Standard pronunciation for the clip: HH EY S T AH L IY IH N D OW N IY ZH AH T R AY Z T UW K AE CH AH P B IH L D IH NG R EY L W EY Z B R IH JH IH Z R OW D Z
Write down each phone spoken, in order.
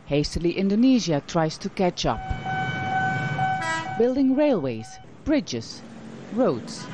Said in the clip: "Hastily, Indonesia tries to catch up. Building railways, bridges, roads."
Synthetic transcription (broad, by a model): HH EY S T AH L IY IH N D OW N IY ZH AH T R AY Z T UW K AE CH AH P B IH L D IH NG R EY L W EY Z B R IH JH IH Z R OW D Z